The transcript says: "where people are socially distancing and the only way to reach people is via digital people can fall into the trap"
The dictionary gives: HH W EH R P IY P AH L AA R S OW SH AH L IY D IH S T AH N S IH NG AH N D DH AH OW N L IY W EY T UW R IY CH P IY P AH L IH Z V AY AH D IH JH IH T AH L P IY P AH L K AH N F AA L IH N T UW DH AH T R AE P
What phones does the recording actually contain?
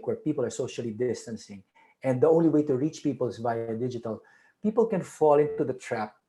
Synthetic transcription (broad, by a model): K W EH R P IY P AH L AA R S OW SH AH L IY D IH S T AH N S IH NG AH N D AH OW N L IY W EY T UW R IY CH P IY P AH L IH S V AY AH D IH JH IH T AH L P IY P AH L K AH N F AA L IH N T UW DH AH T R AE P